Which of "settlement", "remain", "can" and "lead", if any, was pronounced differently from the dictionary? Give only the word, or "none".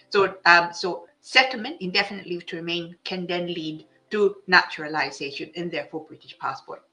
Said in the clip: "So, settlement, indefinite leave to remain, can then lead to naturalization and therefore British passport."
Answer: none